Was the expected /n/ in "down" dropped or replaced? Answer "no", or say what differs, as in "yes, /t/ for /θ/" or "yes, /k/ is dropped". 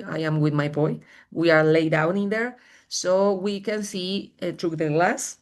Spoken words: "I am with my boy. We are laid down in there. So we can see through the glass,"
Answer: no